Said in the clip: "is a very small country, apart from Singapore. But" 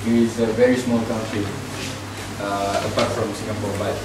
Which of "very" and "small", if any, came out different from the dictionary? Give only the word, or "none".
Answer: none